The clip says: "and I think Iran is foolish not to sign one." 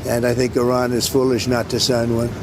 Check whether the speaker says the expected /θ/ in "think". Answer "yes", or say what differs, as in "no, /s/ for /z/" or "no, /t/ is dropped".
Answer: yes